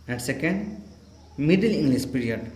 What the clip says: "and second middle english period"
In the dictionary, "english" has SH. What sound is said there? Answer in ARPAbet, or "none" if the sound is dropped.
S